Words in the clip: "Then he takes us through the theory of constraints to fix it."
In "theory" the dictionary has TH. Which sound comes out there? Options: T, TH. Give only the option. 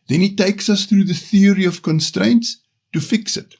TH